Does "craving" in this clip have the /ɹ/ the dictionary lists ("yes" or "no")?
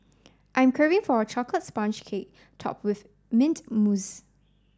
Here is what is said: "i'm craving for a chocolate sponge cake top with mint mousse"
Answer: no